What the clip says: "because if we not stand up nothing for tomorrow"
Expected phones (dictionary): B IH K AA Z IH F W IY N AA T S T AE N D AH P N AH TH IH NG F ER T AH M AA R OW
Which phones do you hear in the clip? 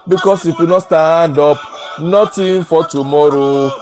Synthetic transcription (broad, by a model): B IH K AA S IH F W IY N AA T S T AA N D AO P N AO T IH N F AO T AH M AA R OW